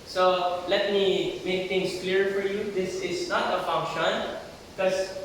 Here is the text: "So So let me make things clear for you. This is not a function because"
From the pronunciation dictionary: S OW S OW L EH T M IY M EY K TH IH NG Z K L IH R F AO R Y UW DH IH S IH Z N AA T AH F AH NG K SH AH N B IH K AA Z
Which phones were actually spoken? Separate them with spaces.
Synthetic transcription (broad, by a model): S S OW L EH T M IY M EY K T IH NG S K L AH R F AO R Y UW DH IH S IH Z N AA T AH F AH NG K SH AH N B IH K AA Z